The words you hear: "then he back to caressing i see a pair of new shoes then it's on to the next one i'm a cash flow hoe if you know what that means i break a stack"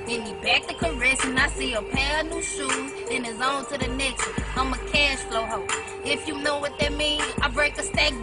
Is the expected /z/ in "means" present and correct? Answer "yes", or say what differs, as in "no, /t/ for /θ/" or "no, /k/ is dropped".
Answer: no, /z/ is dropped